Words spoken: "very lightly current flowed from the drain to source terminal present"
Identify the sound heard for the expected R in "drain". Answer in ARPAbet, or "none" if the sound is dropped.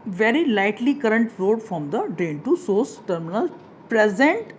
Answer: none